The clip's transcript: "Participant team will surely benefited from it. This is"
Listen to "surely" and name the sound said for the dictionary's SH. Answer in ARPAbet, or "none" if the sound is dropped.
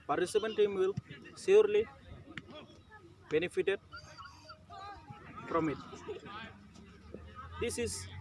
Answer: S